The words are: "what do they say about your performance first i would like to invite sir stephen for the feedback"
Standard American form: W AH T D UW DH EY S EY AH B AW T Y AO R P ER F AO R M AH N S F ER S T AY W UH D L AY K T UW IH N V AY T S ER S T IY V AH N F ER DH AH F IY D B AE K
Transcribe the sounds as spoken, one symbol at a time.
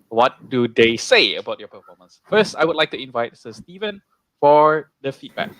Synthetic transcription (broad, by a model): W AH T D UW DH EY S EY AH B AW T Y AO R P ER F AO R M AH N S F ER S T AY W UH D L AY K T UW IH N V AY T S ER S T IY V AH N F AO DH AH F IY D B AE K